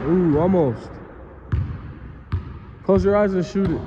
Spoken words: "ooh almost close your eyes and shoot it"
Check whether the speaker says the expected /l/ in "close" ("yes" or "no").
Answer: no